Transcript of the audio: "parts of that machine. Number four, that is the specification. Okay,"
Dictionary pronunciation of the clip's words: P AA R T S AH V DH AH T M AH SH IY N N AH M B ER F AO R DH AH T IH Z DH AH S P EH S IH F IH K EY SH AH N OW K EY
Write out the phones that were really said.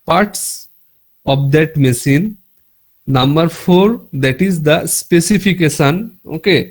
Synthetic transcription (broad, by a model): P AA R T S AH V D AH T M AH S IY N N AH M B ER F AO R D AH T IH Z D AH S P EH S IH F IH K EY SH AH N OW K EY